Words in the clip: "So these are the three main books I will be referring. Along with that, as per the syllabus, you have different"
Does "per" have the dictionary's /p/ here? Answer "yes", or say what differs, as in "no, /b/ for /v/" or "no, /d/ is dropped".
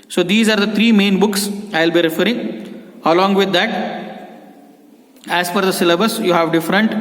no, /f/ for /p/